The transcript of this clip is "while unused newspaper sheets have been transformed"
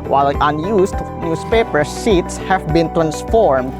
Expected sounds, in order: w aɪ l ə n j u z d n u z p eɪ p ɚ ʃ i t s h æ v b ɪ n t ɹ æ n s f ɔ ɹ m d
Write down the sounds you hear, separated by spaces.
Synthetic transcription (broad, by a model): w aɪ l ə n j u s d n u s p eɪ p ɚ s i t s h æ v b ɪ n t ɹ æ n s f ɔ ɹ m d